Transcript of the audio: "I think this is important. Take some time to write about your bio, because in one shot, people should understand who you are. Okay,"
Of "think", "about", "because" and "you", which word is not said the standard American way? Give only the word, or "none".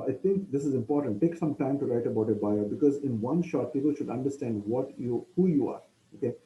think